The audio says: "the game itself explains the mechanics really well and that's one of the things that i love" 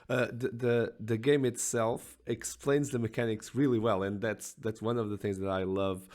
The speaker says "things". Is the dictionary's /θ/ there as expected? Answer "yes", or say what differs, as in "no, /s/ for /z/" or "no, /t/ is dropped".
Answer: yes